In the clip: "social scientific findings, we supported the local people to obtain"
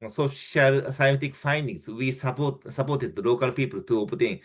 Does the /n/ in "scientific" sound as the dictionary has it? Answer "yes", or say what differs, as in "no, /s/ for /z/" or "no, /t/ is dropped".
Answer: no, /n/ is dropped